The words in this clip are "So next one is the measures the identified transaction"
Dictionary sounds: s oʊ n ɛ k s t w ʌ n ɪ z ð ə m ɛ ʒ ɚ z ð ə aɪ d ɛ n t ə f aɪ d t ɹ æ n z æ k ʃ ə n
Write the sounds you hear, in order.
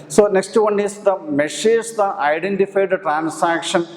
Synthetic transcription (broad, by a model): s oʊ n ɛ k s t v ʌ n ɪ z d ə m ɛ ʃ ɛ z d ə aɪ d ɛ n t ə f aɪ d t ɹ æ n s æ k ʃ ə n